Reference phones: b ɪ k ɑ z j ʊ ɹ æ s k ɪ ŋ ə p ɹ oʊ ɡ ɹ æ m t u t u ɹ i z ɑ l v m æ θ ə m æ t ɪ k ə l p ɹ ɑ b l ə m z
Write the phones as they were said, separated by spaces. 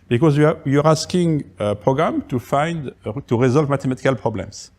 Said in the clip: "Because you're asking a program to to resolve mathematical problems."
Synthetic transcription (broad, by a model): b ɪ k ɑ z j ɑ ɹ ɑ s k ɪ ŋ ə p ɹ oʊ ɡ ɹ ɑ m t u t u ɹ i z ɑ l v m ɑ t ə m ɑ t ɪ k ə l p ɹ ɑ b l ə m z